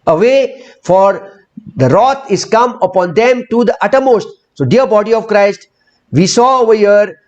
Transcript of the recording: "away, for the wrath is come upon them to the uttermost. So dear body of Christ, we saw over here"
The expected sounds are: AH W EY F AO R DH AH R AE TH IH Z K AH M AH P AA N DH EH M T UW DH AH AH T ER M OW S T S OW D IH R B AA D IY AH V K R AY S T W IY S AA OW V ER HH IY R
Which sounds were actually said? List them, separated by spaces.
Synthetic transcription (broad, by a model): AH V EY F AO R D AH R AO T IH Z K AH M AH P AA N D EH M T UW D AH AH T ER M OW S T S OW D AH R B AA D IY AH V K R AY S T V IY S AA OW V ER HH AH R